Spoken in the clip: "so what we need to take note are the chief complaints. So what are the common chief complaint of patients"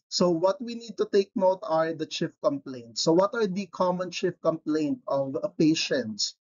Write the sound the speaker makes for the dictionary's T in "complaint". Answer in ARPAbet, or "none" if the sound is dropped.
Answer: T